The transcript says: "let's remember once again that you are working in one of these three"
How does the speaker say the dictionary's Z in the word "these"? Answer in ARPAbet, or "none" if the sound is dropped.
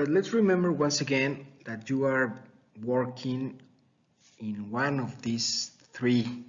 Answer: S